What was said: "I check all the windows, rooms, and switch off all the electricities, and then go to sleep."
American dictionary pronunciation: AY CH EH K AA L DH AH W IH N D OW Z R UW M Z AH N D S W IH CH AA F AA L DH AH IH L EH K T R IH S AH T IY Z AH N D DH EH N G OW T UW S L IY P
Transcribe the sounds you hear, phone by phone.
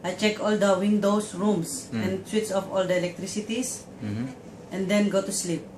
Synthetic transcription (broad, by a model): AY CH EH K AA L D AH W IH N D OW S R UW M S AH N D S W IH S AA F AA L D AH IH L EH K T R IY S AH T IY S AH N D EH N G OW T UW S L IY P